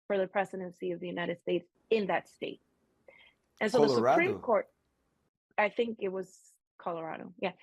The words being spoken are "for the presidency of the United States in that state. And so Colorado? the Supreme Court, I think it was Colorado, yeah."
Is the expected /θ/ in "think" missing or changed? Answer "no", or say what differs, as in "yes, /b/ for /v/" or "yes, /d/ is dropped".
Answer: no